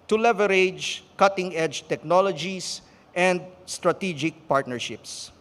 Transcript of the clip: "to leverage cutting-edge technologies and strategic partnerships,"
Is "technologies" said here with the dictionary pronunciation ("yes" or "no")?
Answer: no